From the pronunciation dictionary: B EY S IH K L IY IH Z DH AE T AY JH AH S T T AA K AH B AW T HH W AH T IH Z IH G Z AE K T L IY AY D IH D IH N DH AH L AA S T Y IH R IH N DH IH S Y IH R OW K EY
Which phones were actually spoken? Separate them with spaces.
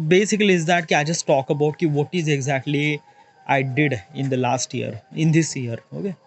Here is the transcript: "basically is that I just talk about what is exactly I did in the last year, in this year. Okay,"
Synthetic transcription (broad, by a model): B EY S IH K L IY IH Z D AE T AY JH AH S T T AA K AH B AW T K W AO T IH Z IH G Z AE K T L IY AY D IH D IH N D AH L AA S T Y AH R IH N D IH S Y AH R OW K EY